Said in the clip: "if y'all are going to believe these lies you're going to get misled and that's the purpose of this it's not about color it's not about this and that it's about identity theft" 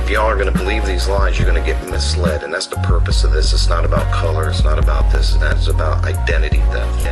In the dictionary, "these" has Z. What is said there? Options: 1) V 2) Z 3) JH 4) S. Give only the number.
2